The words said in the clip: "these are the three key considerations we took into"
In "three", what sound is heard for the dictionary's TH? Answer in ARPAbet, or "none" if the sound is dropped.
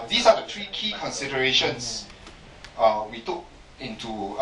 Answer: T